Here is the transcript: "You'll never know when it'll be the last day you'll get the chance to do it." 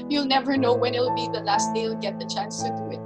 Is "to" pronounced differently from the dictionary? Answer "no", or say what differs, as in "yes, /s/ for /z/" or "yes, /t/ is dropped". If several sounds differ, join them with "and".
yes, /s/ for /t/